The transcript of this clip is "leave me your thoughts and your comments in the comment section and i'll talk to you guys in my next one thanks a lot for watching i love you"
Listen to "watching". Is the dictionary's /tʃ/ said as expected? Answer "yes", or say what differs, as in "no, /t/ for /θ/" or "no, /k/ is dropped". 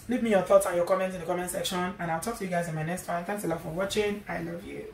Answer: yes